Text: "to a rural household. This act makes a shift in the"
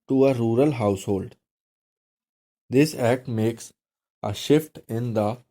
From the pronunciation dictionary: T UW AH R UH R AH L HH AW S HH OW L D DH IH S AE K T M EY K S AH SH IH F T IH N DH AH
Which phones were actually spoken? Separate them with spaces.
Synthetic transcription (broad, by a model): T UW AH R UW R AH L HH AW S HH OW L D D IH S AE K T M EY K S AH SH IH F T IH N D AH